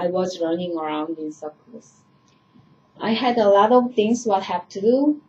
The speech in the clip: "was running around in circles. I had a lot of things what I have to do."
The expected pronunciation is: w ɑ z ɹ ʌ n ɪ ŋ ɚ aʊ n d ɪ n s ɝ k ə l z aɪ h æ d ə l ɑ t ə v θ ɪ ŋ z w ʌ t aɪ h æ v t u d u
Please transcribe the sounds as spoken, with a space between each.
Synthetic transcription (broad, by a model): w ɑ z ɹ ʌ n ɪ ŋ ɚ aʊ n d ɪ n s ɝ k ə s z aɪ h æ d ə l ɑ t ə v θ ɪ ŋ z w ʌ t h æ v t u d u